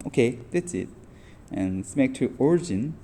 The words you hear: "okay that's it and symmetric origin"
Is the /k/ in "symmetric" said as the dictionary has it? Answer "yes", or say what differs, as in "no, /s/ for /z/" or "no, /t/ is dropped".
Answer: no, /k/ is dropped